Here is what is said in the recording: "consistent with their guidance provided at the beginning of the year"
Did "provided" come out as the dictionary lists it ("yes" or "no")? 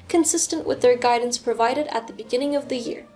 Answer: yes